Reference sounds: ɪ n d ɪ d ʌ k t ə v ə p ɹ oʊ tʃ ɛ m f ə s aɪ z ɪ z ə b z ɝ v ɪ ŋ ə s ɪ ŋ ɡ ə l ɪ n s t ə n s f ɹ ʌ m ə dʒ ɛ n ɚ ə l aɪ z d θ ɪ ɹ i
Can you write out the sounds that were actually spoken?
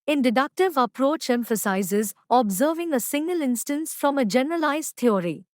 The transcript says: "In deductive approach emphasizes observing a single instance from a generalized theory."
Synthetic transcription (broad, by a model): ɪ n d ɪ d ʌ k t ə v ə p ɹ oʊ tʃ ɛ m f ə s aɪ z ɪ z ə b z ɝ v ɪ ŋ ə s ɪ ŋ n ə l ɪ n s t ə n s f ɹ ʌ m ə dʒ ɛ n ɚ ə l aɪ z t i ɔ ɹ i